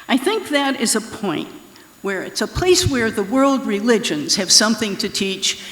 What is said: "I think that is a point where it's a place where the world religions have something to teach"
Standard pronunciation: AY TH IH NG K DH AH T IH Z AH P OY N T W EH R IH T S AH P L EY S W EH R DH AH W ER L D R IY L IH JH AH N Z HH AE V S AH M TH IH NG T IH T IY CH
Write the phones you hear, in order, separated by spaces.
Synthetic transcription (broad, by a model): AY TH IH NG K DH AH T IH Z AH P OY N T W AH R IH T S AH P L EY S W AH R DH AH W ER L D R IY L IH JH AH N Z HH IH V S AH M TH IH NG T IH T IY CH